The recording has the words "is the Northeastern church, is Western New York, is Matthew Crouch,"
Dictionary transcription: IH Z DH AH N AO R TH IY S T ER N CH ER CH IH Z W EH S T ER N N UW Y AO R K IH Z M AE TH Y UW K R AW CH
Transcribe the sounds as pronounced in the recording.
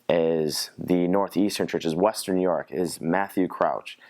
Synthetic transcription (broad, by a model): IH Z DH AH N AO R TH IY S T ER N CH ER CH IH Z W EH S T ER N N Y AO R K IH Z M AE TH Y UW K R AW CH